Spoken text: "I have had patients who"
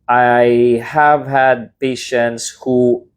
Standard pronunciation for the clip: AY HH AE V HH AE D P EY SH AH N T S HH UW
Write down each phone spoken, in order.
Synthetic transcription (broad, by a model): AY HH AE V HH AE D P EY SH AH N T S HH UW